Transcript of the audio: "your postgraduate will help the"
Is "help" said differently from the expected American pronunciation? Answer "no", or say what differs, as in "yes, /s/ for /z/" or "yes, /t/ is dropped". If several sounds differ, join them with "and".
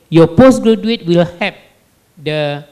yes, /l/ is dropped